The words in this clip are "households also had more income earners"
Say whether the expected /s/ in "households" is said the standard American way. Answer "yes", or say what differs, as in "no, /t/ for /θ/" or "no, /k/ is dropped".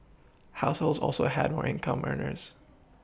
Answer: yes